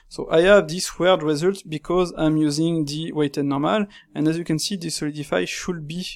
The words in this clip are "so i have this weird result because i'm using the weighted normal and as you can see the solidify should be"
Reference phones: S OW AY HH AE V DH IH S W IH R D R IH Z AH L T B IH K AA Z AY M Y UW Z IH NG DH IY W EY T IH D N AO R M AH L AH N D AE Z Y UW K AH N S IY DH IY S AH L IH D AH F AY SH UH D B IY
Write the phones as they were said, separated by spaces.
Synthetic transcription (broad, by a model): S OW AY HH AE V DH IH S W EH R D R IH Z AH L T B IH K AA Z AY M Y UW Z IH NG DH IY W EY T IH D N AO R M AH L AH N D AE Z Y UW K AH N S IY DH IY S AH L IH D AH F AY SH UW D B IY